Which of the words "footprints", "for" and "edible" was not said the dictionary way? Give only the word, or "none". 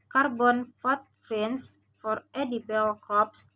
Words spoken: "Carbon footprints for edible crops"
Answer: footprints